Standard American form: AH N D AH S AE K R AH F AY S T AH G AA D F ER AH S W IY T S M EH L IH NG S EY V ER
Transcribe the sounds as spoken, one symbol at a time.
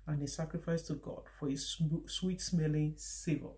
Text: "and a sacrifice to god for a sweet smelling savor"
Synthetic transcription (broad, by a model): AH N AH S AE K R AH F AY S T AH G AA D F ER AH S W IY T S M EH L IH NG S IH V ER